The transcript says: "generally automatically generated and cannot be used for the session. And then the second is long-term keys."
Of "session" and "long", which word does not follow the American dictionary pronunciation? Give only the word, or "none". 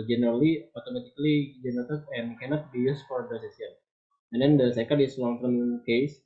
session